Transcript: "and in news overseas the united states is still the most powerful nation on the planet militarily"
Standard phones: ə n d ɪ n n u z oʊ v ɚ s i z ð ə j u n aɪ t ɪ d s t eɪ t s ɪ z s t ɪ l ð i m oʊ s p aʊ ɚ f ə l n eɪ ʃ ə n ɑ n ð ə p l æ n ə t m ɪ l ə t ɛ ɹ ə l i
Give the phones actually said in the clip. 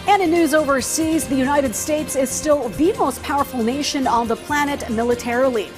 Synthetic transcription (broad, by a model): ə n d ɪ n n u z oʊ v ɚ s i z ð ə j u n aɪ t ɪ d s t eɪ t s ɪ z s t ɪ l ð i m oʊ s p aʊ ɚ f l n eɪ ʃ ə n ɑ n ð ə p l æ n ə t m ɪ l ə t ɛ ɹ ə l i